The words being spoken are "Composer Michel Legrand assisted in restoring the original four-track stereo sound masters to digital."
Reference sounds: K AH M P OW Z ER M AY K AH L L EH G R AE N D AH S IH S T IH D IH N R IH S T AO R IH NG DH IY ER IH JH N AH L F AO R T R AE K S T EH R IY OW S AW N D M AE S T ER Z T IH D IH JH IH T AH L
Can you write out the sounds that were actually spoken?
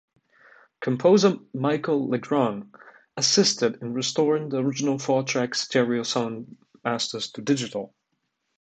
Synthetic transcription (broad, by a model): K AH M P OW Z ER M AY K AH L L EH G R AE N AH S IH S T IH D IH N R IH S T AO R IH NG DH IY ER IH JH N AH L F AO R T R AE K S T EH R IY OW S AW N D M AE S T ER Z T IH D IH JH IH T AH L